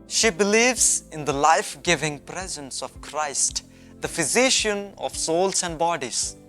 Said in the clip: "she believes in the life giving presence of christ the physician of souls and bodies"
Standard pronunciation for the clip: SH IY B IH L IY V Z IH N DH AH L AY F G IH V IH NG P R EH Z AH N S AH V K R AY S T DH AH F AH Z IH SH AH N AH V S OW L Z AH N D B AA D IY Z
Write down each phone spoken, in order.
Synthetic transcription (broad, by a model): SH IY B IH L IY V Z IH N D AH L AY F G IH V IH NG P R EH Z AH N S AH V K R AY S T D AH F AH Z IH SH AH N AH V S OW L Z AH N D B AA D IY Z